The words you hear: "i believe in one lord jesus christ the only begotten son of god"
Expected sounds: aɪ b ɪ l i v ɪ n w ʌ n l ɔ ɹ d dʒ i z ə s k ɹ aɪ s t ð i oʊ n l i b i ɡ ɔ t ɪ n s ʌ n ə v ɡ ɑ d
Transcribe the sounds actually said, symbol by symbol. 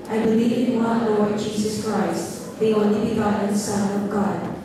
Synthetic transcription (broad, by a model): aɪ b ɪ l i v ɪ n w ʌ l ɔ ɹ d dʒ i z ə s k ɹ aɪ s t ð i oʊ n l i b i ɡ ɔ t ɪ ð s ʌ n ə v ɡ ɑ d